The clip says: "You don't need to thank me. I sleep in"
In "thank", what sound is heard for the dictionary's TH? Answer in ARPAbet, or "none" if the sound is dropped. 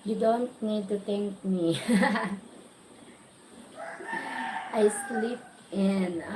T